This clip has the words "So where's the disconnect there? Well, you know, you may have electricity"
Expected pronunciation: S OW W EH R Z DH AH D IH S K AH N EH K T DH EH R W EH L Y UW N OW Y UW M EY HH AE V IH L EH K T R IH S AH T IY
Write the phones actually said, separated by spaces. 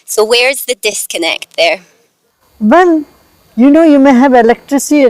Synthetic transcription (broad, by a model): S OW W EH R Z DH AH D IH S K AH N EH K T DH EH R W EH N Y UW N OW Y UW M EY HH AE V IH L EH K T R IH S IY